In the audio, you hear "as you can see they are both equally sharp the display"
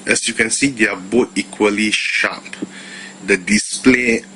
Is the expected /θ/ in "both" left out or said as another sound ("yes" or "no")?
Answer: yes